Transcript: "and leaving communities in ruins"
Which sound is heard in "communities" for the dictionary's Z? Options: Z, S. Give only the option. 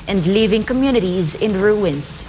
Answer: Z